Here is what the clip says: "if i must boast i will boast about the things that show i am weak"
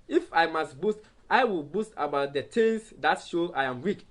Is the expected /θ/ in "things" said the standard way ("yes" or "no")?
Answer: no